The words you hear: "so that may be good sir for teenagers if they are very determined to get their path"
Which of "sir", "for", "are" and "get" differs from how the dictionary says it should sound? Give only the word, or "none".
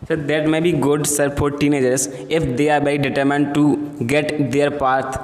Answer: for